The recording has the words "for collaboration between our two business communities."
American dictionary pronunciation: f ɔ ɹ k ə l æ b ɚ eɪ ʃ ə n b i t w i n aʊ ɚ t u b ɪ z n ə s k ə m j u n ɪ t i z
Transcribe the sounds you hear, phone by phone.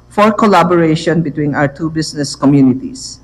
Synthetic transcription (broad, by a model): f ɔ ɹ k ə l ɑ b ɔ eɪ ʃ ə n b i t w i n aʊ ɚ t u b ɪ s n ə s k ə m j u n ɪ t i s